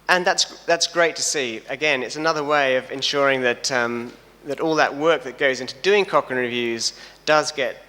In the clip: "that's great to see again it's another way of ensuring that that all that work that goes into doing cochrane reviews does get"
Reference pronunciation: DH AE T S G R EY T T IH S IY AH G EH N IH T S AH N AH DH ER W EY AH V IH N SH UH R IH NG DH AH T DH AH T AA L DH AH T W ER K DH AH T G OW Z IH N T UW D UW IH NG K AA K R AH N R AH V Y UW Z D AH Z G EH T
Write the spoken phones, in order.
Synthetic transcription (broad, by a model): DH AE T S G R EY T T IH S IY AH G EH N IH T S AH N AH DH ER W EY AH V IH N SH UH R IH NG DH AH T DH AH T AA L DH AH T W ER K DH AH T G OW Z IH N T UW D UW IH NG K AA K AH N R AH V Y UW Z D AH Z G EH T